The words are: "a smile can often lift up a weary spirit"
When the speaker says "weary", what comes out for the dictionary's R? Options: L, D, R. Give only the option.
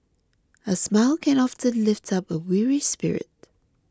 R